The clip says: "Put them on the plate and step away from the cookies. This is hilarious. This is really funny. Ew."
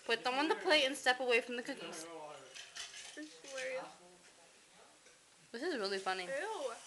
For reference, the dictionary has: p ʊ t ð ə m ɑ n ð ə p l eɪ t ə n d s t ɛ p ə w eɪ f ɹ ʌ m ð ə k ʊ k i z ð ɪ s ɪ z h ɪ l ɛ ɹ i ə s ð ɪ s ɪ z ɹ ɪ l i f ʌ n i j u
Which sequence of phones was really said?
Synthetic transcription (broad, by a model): p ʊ t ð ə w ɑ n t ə p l eɪ ə n s t ɛ p ə w eɪ f ɹ ʌ m ð ə k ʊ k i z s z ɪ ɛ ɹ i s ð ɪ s ɪ z ɹ ɪ l i f ʌ n i